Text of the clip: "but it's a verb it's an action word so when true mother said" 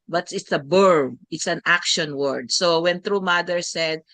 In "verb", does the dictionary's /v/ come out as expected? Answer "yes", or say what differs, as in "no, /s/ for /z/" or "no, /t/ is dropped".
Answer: no, /b/ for /v/